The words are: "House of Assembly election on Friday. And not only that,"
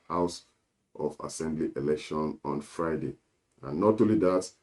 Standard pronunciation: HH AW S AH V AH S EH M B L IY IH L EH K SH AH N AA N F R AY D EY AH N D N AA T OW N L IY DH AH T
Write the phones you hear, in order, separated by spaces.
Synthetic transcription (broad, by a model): HH AW S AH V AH S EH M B L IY IH L EH K SH AH N AA N F R AY D EY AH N N AA T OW L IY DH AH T